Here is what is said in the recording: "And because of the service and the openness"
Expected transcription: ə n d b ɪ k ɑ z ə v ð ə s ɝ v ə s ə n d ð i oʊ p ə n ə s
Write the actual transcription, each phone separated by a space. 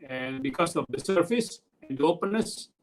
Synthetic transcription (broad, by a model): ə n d b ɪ k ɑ s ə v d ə s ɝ f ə s ə n d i oʊ p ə n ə s